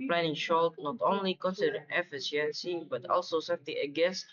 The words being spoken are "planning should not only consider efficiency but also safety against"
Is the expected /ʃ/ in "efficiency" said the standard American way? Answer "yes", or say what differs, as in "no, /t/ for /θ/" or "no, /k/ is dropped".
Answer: no, /s/ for /ʃ/